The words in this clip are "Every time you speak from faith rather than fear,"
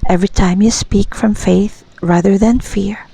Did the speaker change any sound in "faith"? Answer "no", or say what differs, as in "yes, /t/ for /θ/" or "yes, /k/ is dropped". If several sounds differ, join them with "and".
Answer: no